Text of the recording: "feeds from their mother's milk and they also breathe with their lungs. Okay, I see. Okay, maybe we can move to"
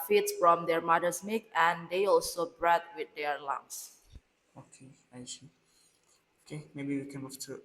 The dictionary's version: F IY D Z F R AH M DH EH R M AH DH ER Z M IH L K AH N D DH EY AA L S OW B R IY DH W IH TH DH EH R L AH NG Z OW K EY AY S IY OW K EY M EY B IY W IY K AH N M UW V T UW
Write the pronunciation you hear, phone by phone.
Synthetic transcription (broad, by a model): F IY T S F R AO M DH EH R M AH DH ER S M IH K AH N D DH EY AA L S OW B R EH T W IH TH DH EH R L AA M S OW K EY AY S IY OW K EY M EY B IY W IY K AH N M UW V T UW